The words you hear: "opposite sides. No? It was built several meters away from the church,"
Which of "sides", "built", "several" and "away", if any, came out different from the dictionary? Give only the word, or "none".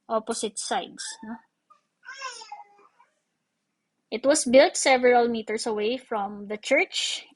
sides